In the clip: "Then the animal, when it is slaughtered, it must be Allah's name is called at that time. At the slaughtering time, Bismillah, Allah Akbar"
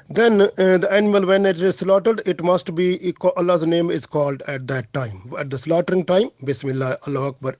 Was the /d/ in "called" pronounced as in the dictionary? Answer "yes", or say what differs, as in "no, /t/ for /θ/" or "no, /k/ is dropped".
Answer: yes